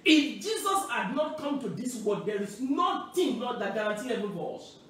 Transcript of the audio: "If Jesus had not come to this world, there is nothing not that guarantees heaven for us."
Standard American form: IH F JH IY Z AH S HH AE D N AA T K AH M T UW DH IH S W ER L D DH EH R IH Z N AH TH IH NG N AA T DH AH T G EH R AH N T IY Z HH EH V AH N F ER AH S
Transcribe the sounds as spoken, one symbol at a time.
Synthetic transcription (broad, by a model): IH F JH IY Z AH S HH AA D N AA T K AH M T UW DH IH S W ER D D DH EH R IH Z N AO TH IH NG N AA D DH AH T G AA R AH N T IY HH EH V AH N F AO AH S